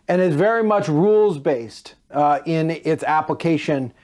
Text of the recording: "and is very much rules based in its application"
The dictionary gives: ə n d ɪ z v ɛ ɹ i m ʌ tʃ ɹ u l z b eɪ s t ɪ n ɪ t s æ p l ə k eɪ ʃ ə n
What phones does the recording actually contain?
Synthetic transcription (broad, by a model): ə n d ɪ z v ɛ ɹ i m ʌ tʃ ɹ u l z b eɪ s t ɪ n ɪ t s æ p l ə k eɪ ʃ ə n